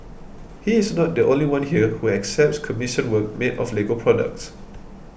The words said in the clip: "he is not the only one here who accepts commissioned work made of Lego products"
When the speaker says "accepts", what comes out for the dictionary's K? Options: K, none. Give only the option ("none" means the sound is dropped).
K